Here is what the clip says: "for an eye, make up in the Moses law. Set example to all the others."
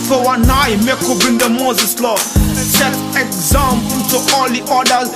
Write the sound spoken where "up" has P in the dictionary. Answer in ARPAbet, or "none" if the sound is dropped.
B